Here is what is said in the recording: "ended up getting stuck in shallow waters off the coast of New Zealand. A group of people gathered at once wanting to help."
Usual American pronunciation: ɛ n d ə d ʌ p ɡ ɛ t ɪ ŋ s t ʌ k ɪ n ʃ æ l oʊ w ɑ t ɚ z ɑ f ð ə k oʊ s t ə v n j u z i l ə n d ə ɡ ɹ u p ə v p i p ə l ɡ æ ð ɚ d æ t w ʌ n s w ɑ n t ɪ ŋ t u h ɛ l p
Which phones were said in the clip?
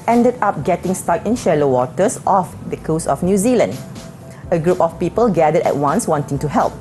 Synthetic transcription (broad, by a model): ɛ n d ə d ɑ p ɡ ɛ t ɪ ŋ s t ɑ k ɪ n ʃ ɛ l oʊ w ɑ t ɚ s ɑ f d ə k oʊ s ə f n j u z i l ə n d ə ɡ ɹ u p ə f p i p ə l ɡ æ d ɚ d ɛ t w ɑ n s w ɑ n t ɪ ŋ t u h ɛ l p